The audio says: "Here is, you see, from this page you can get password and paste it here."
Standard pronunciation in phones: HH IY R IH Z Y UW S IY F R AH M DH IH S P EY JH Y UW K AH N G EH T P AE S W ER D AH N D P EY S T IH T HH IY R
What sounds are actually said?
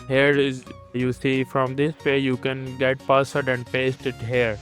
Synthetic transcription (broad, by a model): HH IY R IH Z Y UW S IY F R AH M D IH S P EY Y UW K AH N G EH T P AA S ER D AH N D P EY S T IH T HH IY R